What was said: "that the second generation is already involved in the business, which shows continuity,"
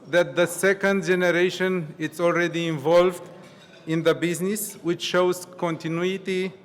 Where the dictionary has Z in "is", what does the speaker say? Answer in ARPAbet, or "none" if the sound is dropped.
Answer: S